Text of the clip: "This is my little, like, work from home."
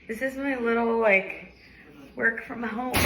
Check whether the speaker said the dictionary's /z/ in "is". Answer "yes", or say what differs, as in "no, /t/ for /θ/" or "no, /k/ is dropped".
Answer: yes